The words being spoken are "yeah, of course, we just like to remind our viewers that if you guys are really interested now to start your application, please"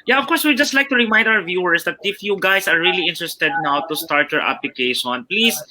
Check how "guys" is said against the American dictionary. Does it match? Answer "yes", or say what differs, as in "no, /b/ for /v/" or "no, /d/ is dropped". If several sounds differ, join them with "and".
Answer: no, /s/ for /z/